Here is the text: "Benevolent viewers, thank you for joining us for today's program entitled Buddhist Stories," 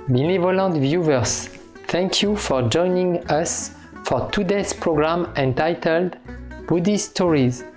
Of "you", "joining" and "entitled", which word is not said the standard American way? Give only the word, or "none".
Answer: none